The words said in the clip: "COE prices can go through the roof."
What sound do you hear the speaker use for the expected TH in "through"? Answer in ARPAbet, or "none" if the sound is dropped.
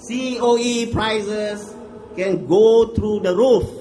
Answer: T